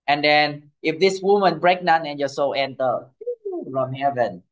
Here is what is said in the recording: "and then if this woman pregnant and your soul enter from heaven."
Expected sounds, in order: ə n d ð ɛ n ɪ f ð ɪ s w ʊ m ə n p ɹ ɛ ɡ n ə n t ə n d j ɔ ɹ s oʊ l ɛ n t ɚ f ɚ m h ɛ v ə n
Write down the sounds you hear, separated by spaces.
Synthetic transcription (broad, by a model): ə n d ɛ n ɪ f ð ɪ s w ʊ m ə n b ɹ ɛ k n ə n ə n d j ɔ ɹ s oʊ l ɛ n t ɚ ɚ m h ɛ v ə n